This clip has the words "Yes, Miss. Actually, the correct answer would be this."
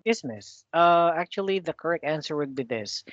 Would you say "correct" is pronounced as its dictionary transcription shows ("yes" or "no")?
yes